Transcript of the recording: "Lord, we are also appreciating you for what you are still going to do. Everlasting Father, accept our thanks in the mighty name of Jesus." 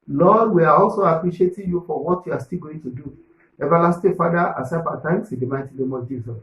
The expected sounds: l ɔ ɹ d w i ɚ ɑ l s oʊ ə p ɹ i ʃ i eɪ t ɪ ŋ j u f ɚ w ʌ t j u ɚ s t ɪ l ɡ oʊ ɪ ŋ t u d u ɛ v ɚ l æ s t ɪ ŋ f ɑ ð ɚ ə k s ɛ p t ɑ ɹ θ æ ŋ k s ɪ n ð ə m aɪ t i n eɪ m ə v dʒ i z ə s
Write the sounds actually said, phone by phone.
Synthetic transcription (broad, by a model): l ɔ d w i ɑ ɑ l s oʊ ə p ɹ i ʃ i eɪ t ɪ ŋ j u f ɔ w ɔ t j u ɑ s t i l ɡ oʊ ɪ ŋ t u d u ɛ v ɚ l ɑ s t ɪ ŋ f ɑ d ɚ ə s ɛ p ɑ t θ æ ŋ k s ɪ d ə m aɪ t i n eɪ m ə dʒ i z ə s